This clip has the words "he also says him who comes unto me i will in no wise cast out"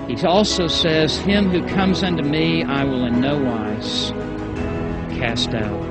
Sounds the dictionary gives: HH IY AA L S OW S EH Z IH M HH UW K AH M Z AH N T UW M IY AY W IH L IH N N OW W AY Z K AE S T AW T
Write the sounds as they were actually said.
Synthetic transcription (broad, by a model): HH IY AA L S OW S EH Z IH M HH UW K AH M Z AH N T UW M IY AY W IH L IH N N OW W AY Z K AE S T AW T